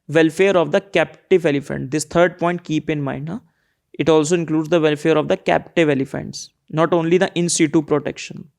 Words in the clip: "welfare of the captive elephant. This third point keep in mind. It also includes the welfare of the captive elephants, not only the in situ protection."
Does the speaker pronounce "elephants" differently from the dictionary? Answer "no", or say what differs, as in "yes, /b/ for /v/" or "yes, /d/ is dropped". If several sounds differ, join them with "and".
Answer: no